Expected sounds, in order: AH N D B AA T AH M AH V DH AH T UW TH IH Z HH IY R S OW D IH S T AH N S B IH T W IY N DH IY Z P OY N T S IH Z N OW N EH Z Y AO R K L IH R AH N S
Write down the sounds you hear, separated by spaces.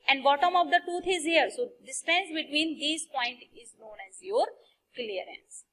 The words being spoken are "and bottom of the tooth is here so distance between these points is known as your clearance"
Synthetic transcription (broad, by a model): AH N D B AA T AH M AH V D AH T UW T IH Z HH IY R S OW D IH S T AH N S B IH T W IY N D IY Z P OY N T IH Z N OW N EH Z Y AO R K L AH R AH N S